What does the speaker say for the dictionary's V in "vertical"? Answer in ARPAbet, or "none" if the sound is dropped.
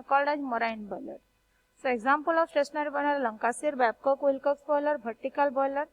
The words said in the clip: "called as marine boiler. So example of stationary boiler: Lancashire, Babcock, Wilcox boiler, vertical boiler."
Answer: B